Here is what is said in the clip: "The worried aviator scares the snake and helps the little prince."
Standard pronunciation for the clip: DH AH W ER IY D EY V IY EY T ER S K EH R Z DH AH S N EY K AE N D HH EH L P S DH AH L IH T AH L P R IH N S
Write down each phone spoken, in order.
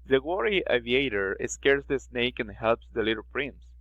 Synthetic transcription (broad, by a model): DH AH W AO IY EY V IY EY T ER S K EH R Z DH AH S N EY K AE N HH EH L P S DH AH L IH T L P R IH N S